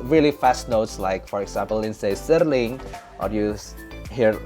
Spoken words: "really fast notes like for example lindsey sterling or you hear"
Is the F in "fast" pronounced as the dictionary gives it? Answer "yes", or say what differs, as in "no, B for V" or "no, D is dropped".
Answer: yes